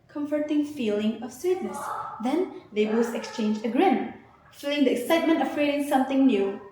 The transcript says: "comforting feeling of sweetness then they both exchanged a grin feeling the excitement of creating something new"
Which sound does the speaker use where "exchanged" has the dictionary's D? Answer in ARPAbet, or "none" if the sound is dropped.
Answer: none